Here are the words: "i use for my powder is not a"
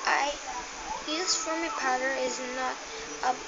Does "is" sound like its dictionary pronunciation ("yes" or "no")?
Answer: yes